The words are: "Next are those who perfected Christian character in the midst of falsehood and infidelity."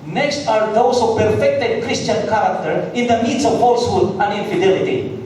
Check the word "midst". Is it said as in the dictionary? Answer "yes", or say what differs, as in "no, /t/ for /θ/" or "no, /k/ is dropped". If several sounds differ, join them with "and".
no, /t/ is dropped